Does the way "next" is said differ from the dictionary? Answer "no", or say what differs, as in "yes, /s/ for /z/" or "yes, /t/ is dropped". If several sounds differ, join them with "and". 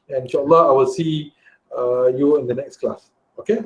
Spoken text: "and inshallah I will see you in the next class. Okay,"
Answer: no